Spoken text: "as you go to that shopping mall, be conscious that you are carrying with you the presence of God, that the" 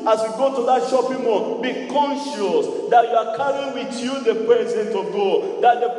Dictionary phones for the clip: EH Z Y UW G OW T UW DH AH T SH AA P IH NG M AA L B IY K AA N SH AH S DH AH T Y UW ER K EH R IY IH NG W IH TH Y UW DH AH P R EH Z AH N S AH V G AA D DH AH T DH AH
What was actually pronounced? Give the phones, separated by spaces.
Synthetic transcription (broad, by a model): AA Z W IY G OW T UW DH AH T SH AA P IH NG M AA N B IY K AA N SH AH S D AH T Y UW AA K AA R IY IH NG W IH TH Y UW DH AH P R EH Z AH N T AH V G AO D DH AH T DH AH